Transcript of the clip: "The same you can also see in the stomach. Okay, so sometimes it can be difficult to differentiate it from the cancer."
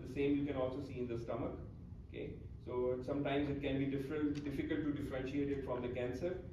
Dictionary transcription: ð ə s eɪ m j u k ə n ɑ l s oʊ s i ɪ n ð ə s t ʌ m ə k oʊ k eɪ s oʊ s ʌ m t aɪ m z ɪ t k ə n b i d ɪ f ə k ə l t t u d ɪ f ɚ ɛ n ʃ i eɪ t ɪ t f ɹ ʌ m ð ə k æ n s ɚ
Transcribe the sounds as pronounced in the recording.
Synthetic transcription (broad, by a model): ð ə s eɪ m j u k ə n ɑ l s oʊ s i ɪ n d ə s t ʌ m ə k oʊ k eɪ s oʊ s ʌ m t aɪ m z ɪ t k ə n b i d ɪ f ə k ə l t t u d ɪ f ɚ ɛ n ʃ i eɪ t ɪ t f ɹ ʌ m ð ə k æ n s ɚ